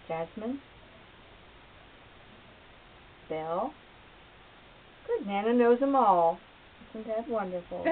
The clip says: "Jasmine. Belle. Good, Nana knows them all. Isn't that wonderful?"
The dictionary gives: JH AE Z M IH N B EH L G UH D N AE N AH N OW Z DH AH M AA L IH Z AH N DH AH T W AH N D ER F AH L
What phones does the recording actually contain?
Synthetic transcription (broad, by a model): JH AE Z M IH N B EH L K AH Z N AE N AH N OW Z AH M AA L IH S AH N DH AH T W AH N D ER F L